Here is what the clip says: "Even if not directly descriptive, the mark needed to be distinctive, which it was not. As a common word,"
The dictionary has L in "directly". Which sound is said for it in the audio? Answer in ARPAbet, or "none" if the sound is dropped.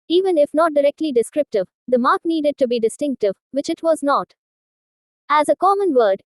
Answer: L